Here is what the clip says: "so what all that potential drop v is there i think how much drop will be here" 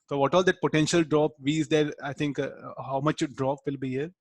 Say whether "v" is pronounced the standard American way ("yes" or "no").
yes